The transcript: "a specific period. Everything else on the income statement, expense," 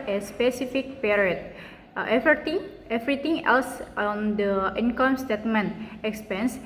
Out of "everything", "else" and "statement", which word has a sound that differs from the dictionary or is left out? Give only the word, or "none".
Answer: everything